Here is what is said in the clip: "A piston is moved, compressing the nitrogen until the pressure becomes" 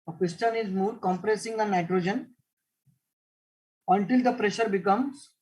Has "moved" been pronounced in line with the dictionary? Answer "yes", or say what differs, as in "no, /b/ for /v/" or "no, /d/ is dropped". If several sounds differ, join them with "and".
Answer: no, /v/ is dropped